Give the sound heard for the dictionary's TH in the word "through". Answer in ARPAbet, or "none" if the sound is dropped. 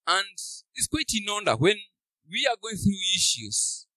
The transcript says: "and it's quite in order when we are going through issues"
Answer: TH